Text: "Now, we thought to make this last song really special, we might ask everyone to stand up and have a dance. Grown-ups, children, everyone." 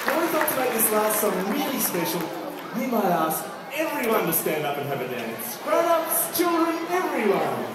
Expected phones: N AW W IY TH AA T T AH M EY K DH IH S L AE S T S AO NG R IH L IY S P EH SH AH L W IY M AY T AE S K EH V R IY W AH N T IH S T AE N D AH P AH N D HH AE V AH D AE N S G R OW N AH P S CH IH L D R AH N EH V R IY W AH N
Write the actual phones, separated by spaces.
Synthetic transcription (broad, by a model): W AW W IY T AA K T AH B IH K DH IH S L AE S T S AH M R IH L IY S P EH SH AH L W IY M AY T AE S K EH V R IY W AH N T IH S T AE N D AH P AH N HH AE V AH D AE N S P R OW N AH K S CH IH L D R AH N EH V R IY W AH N